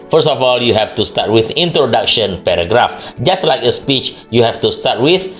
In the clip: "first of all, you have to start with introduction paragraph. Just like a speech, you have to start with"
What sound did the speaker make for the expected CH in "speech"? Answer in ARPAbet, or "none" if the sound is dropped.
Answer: CH